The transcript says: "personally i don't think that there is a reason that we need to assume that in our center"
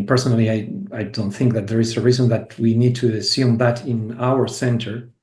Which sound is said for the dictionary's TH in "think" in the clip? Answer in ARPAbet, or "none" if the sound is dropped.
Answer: TH